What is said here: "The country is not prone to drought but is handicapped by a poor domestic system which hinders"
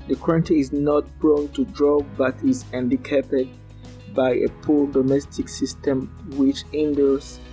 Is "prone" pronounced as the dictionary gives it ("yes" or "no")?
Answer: no